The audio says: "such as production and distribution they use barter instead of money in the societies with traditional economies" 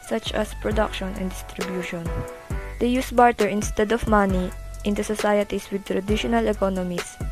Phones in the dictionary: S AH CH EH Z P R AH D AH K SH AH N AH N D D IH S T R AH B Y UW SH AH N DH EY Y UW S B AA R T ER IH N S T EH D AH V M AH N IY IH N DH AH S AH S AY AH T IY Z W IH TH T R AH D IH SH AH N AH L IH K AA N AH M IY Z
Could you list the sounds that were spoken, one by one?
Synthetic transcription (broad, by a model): S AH CH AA S P R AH D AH K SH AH N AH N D D IH S T R AH B Y UW SH AH N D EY Y UW S B AA R T ER IH N S T EH D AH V M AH N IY IH N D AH S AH S AY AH T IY S W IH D T R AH D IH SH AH N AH L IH K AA N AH M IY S